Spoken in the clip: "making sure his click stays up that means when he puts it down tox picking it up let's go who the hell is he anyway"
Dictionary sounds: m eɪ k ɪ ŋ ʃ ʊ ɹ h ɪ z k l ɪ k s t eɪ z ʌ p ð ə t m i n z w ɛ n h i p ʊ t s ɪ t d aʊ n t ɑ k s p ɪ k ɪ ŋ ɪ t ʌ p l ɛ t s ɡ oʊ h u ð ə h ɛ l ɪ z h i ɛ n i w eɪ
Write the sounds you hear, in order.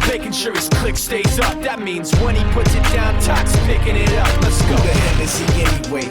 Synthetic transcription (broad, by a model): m eɪ k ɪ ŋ ʃ ʊ ɹ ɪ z k l ɪ k s t eɪ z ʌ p ð ə t m i n z w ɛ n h i p ʊ t s ɪ t d aʊ n t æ k s p ɪ k ɪ ŋ ɪ t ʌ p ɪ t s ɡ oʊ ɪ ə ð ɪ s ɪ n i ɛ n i w eɪ